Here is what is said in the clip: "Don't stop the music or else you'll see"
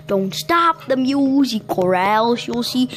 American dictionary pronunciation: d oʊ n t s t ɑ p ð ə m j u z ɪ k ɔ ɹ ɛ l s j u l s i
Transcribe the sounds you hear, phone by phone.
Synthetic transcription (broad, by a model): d oʊ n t s t ɑ p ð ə m j u z ɪ k ɔ ɹ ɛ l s j u l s i